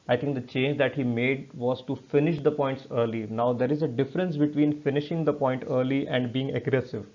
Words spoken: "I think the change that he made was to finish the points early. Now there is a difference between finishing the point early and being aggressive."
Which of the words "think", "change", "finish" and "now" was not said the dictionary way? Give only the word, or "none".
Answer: think